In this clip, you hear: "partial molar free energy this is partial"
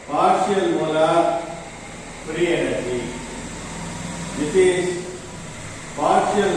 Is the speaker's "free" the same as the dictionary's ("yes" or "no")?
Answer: no